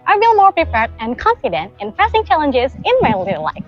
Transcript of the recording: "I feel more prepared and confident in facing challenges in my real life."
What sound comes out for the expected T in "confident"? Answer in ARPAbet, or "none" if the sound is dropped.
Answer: T